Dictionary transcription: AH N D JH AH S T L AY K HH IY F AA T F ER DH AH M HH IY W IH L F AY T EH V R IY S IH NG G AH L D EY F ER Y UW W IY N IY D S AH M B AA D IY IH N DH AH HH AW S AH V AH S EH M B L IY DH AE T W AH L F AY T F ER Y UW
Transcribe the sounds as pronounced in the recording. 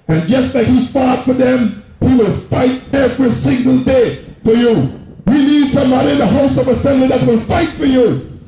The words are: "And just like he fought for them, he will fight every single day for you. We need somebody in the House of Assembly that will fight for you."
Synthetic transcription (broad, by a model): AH N JH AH S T L AY K HH IY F AA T F ER DH AH M HH IY W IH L F AY T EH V R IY S IH NG G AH L D EY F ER Y UW W IY N IY D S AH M AA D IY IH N DH AH HH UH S AH V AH S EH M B L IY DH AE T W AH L F AY T F ER Y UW